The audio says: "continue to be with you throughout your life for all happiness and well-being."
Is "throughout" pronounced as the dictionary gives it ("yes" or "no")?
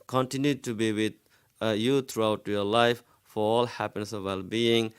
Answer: no